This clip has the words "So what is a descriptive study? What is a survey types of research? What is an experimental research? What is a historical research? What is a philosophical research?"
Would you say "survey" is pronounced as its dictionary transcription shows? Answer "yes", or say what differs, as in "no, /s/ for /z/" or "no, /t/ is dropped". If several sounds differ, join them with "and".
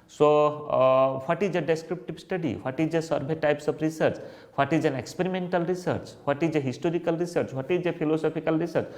no, /b/ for /v/